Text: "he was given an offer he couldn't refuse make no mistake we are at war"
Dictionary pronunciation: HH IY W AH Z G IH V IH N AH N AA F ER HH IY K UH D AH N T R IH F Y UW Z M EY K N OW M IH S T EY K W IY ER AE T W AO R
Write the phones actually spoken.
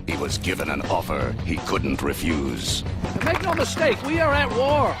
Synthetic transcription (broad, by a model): HH IY W AH Z G IH V IH N AH N AA F ER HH IY K UH D N T R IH F Y UW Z M EY K N OW M IH S T EY K W IY ER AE T W AO R